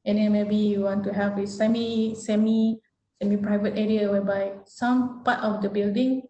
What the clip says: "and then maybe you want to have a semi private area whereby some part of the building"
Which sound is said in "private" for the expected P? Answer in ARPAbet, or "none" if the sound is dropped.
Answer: P